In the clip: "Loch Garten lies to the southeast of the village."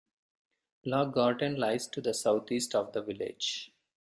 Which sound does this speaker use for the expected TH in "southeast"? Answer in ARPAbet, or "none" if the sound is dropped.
T